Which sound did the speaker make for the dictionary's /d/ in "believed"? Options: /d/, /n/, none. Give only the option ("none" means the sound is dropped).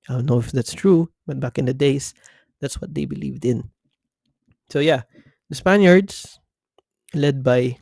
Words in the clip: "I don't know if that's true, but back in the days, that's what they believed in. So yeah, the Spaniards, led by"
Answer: /d/